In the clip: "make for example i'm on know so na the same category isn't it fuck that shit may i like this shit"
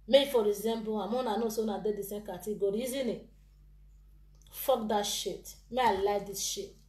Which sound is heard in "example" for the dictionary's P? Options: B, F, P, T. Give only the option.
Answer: B